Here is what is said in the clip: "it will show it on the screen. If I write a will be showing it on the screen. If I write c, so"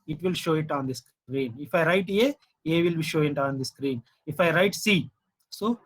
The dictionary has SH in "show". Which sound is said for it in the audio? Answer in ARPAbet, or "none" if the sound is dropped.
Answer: SH